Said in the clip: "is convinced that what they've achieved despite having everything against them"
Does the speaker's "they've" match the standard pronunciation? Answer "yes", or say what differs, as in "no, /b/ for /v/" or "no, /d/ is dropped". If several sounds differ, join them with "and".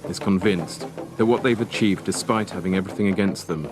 yes